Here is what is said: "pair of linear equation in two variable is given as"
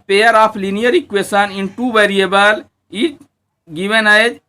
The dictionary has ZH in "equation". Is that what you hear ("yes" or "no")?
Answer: no